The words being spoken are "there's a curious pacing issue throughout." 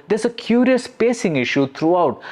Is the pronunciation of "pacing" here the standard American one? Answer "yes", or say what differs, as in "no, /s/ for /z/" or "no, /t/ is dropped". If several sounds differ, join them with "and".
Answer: yes